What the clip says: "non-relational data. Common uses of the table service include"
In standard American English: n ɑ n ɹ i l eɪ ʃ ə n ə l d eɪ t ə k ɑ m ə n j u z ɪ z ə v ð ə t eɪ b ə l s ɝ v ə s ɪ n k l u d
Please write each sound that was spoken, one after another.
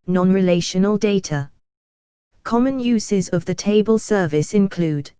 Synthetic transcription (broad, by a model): n ɑ n ɹ i l eɪ ʃ ə n ə l d eɪ t ə k ɑ m ə n j u z ɪ z ə v ð ə t eɪ b ə l s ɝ v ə s ɪ n k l u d